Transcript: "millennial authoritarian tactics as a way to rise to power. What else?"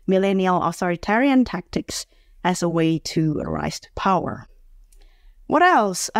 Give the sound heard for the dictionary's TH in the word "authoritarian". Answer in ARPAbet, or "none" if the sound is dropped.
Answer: TH